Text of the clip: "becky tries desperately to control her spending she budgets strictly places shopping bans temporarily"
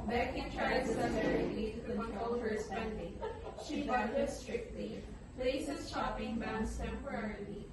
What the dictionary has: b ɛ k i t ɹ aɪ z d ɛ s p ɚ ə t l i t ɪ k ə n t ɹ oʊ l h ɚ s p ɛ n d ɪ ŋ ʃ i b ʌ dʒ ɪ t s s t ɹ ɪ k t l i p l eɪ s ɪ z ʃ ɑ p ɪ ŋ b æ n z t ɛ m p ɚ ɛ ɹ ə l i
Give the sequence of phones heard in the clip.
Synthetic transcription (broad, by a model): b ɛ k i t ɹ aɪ d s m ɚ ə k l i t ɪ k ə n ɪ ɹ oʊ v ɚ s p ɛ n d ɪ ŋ ʃ i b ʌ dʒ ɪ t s s t ɹ ɪ k t l i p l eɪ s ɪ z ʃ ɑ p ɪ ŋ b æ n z t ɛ m p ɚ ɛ ɹ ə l i